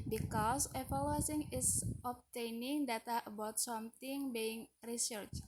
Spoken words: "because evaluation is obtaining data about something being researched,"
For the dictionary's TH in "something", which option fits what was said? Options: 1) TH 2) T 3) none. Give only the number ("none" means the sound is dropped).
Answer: 2